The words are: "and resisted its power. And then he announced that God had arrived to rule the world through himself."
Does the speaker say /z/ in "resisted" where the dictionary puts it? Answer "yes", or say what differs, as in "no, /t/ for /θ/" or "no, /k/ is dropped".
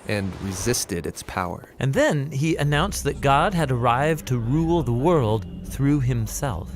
yes